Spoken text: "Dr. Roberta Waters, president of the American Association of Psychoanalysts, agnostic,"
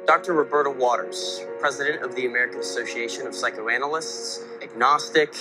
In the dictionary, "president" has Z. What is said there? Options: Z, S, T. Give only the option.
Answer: Z